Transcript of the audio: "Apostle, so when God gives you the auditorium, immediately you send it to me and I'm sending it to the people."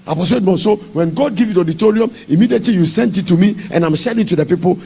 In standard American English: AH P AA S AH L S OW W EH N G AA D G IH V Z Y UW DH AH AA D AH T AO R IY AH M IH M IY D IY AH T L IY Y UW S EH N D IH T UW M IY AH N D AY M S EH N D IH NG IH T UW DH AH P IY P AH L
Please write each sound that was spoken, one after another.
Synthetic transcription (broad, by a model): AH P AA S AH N S OW W EH N G AA D G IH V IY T AA D AH T AO R IY AH M IH M IY D IY AH T L IY Y UW S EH N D IH T UW M IY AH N AY M SH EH D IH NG T UW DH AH P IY P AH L